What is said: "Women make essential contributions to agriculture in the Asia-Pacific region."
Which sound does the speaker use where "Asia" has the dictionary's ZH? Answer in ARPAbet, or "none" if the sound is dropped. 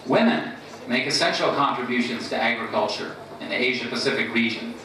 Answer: ZH